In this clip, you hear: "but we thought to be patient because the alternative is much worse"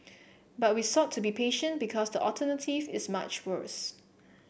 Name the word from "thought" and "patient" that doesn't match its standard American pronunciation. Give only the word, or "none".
thought